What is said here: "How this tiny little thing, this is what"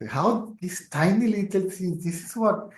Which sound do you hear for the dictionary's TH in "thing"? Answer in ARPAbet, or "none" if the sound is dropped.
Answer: S